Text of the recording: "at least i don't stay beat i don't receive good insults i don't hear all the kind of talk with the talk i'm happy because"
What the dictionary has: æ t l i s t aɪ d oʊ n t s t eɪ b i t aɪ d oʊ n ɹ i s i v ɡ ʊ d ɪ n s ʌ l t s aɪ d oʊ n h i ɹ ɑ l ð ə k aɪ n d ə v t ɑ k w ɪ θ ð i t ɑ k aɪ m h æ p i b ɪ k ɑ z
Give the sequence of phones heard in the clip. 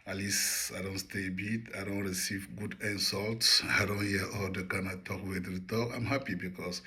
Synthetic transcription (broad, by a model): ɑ l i s aɪ d oʊ n t s t eɪ b i t aɪ d oʊ n ɹ i s i v ɡ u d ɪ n s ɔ l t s aɪ d oʊ n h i ɑ l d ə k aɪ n ə t ɑ k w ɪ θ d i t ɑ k aɪ m h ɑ p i b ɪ k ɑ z